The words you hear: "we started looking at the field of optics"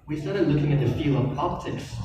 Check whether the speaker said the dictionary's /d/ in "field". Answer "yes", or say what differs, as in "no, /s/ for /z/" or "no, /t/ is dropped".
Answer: no, /d/ is dropped